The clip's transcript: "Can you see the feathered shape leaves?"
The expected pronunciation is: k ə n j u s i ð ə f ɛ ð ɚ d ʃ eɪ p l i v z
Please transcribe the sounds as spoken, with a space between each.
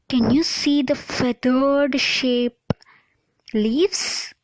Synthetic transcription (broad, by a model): k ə n j u s i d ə f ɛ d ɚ d ʃ eɪ p l i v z